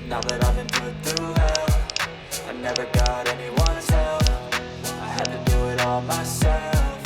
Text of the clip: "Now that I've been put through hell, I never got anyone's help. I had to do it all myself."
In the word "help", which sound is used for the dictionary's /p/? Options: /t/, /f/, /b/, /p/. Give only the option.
/f/